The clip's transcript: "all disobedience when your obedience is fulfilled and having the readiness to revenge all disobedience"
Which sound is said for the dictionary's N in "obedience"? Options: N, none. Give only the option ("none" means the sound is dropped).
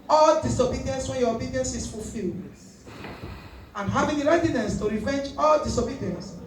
N